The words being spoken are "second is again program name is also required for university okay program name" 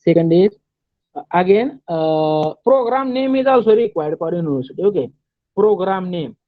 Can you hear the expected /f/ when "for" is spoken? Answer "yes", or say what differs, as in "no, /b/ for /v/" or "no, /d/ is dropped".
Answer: no, /p/ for /f/